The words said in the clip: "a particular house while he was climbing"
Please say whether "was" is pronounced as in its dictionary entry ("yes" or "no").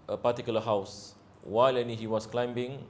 no